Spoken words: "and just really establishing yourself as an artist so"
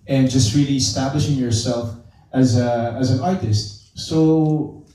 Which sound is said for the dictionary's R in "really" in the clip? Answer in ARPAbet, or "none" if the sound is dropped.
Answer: R